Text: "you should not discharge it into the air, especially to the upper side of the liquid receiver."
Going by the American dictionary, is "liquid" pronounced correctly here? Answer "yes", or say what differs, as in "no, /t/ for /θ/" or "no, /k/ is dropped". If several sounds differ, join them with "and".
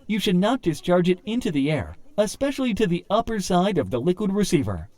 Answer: yes